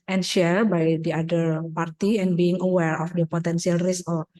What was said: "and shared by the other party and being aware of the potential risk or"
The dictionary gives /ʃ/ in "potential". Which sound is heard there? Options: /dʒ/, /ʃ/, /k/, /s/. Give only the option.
/s/